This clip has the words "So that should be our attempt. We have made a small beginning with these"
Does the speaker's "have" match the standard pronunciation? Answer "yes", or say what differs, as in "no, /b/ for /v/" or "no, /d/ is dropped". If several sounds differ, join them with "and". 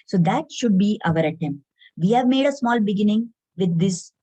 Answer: yes